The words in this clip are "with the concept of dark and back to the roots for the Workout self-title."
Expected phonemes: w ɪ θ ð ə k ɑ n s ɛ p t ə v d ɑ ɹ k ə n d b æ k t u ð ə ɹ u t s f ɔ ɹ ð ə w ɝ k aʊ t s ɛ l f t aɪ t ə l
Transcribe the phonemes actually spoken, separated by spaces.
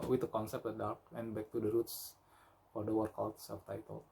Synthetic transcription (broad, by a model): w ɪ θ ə k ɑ n s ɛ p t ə d ɑ ɹ k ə n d b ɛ k t u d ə ɹ u t s f ɔ ɹ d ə w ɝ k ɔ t s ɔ f t aɪ t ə l